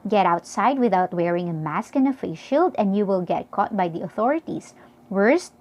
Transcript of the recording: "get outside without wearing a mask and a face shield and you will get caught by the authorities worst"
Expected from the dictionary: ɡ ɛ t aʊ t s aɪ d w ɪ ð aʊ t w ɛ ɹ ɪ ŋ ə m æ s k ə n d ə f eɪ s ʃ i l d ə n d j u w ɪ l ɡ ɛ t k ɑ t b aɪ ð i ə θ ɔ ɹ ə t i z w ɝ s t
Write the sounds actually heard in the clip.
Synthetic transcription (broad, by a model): ɡ ɛ t aʊ t s aɪ d w ɪ ð aʊ t w ɛ ɹ ɪ ŋ ə m æ s k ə n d ə f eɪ ʃ i l d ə n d j u w ɪ l ɡ ɛ t k ɑ t b aɪ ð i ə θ ɔ ɹ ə t i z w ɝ s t